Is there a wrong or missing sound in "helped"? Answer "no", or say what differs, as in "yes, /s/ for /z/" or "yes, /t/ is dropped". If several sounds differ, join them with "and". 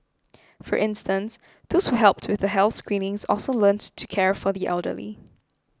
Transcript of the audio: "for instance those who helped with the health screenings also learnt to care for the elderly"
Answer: no